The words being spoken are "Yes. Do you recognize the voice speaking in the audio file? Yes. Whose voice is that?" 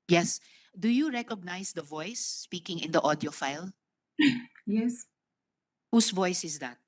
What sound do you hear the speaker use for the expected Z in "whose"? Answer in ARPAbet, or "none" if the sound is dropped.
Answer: S